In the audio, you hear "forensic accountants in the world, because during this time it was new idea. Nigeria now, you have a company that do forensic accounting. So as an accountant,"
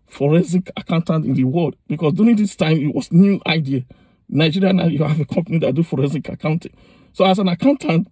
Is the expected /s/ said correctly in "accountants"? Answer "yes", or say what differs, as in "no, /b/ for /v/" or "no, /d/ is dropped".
no, /s/ is dropped